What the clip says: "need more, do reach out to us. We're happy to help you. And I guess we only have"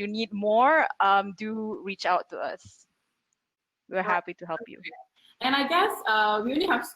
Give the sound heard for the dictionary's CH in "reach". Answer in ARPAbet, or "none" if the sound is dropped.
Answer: CH